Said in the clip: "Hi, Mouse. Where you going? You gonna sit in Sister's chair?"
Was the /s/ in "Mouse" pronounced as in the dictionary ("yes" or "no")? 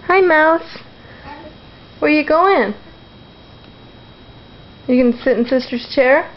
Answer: yes